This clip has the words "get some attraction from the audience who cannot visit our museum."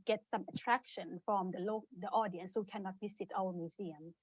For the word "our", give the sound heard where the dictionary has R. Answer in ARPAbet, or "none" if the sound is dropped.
L